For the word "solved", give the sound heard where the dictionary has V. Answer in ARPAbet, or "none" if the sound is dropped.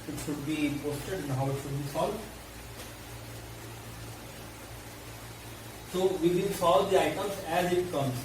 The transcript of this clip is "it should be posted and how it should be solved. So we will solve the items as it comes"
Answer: none